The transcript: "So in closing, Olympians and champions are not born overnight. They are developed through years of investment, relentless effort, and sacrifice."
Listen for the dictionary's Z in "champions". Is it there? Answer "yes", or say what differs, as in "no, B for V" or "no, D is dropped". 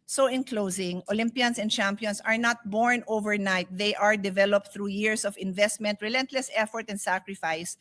no, S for Z